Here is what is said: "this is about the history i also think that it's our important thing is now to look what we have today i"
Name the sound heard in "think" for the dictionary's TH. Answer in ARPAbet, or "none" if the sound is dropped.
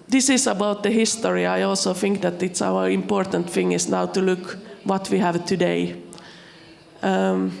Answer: TH